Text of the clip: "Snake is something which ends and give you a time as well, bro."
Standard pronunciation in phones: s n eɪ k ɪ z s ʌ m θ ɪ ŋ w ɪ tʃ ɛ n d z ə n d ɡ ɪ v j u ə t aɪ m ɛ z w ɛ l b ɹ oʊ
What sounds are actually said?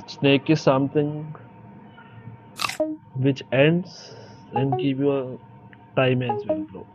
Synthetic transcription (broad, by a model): s n eɪ k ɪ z s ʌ m t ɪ ŋ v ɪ tʃ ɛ n d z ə n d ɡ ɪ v j u ə t aɪ m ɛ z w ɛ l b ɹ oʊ